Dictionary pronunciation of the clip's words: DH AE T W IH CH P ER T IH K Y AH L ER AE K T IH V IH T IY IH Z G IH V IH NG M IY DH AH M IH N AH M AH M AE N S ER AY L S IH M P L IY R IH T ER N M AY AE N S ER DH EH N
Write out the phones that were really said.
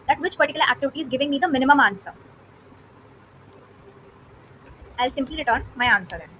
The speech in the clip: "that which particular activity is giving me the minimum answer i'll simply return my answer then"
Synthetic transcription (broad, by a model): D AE T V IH CH P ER T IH K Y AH L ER AE K T IH V IH T IY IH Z G IH V IH NG M IY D AH M IH N AH M AH M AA N S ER AY L S IH M P L IY R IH T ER N M AY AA N S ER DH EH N